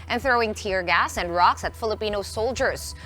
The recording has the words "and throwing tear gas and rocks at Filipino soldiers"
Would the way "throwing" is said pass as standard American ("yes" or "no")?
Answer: yes